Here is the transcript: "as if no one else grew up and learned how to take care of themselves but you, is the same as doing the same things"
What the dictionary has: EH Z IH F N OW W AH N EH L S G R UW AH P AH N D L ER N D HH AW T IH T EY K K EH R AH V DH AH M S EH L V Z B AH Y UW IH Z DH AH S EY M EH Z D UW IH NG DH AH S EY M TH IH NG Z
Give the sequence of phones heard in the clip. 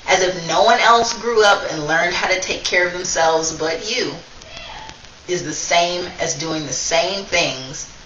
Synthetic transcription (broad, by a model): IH Z IH F N OW W AH N EH L S G R UW AH P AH N L ER N D HH AW T IH T EY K K EH R AH V DH AH M S EH L V Z B AH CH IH IH Z DH AH S EY M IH Z D UW IH NG DH AH S EY M TH IH NG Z